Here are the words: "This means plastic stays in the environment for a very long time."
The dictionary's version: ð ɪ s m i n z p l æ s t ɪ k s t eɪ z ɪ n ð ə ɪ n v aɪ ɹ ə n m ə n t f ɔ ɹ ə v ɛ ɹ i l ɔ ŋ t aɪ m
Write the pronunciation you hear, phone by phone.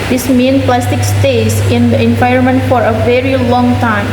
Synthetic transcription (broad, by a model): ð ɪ s m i n p l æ s t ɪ k s t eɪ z ɪ n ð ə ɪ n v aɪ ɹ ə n m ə n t f ɔ ɹ ə v ɛ ɹ i l ɔ ŋ t aɪ m